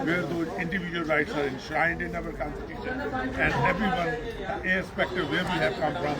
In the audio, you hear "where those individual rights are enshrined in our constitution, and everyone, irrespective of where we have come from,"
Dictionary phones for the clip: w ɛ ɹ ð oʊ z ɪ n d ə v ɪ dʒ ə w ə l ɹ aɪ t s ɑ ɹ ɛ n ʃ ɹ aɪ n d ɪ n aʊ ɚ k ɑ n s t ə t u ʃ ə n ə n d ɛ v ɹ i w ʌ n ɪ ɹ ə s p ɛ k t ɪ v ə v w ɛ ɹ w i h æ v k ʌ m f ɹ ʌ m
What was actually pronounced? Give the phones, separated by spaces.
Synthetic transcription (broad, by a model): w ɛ ɹ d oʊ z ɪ n d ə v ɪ dʒ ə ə l ɹ aɪ t s ɑ ɹ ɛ n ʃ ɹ aɪ n d ɪ n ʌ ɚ k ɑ n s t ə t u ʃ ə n ə n d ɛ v ɹ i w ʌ n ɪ ə s p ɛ k t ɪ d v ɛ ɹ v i h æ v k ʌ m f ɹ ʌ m